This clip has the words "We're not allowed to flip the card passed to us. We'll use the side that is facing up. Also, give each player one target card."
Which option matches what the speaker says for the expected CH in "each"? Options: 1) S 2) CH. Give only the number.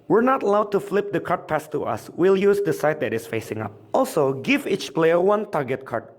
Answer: 2